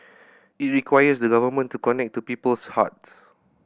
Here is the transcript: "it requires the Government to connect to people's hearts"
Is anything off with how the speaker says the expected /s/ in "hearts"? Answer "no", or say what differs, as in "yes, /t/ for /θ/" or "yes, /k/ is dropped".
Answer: yes, /s/ is dropped